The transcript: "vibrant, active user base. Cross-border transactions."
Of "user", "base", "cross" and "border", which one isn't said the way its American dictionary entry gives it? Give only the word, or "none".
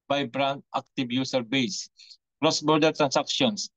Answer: user